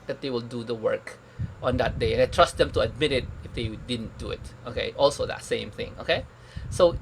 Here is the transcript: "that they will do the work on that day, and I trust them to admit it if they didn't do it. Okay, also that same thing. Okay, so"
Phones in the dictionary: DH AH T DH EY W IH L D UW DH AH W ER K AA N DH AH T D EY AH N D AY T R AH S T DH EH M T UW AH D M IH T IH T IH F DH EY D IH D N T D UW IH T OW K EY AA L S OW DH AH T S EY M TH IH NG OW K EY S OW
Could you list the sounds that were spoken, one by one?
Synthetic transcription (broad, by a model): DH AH T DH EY W IH L D UW DH AH W ER K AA N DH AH T D EY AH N AY T R AH S T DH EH M T UW AH D M IH T IH T IH F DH EY D IH D N T D UW IH T OW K EY AA L S OW DH AH T S EY M TH IH NG OW K EY S OW